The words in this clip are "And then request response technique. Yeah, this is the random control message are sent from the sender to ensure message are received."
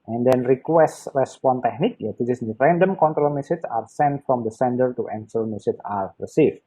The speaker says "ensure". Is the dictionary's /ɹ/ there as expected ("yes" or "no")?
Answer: no